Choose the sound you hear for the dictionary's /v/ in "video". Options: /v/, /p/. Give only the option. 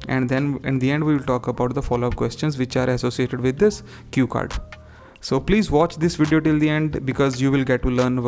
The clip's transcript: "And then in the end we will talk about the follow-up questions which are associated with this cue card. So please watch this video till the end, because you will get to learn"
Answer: /v/